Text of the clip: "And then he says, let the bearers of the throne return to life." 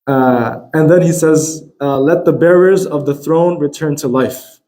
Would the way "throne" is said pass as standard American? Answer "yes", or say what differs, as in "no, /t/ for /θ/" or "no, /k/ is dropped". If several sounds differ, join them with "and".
yes